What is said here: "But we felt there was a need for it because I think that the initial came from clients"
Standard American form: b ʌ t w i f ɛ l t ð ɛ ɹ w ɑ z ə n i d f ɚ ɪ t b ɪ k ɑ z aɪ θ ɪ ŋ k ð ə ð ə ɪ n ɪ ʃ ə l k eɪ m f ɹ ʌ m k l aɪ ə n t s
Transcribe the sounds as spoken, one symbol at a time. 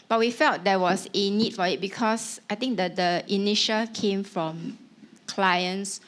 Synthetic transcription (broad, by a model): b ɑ t w i f ɛ l t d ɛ w ɑ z ə n i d f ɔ ɪ t b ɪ k ɑ s aɪ t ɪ ŋ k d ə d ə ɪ n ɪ ʃ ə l k eɪ m f ɹ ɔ m k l aɪ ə n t s